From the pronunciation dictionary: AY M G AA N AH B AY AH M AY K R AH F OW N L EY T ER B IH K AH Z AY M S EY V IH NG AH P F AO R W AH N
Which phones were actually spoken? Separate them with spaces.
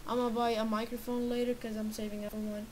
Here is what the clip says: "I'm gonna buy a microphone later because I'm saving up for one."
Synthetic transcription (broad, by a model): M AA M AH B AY AH M AY K R AH F OW N L EY T ER K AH Z AY M S EY V IH NG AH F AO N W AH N